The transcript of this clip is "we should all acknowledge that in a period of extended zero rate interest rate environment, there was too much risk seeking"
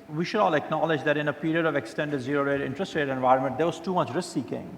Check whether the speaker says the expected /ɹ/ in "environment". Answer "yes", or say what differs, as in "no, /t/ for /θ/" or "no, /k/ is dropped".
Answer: yes